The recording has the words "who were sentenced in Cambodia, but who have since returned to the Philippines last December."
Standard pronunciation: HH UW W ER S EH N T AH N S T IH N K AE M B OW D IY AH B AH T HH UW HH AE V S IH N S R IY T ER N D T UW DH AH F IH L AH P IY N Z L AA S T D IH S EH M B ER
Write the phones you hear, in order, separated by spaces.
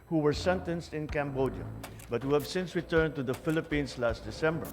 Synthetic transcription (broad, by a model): HH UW W ER S EH N T AH N S T IH N K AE M B OW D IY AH B AH T HH UW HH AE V S IH N S R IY T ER N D T UW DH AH F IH L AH P IY N S L AA S T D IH S EH M B ER